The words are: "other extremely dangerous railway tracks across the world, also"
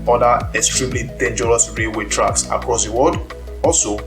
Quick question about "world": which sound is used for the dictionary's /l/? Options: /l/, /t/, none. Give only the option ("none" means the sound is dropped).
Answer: none